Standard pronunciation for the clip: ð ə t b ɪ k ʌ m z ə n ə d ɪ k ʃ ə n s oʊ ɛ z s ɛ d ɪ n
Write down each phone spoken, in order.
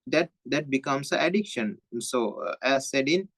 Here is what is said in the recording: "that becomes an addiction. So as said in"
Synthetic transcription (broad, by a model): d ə t b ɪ k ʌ m s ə ə d ɪ k ʃ ə n s oʊ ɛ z s ɛ d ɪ n